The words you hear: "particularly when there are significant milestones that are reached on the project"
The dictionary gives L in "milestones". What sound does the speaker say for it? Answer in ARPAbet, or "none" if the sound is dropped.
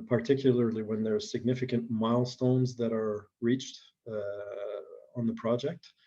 L